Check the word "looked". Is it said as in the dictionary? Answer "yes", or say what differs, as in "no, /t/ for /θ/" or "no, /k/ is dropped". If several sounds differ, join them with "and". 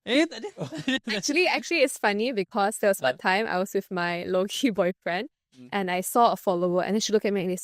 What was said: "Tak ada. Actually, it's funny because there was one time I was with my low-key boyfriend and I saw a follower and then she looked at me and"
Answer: no, /t/ is dropped